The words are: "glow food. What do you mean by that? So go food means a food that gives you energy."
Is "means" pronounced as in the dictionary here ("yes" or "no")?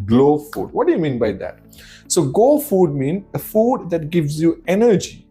no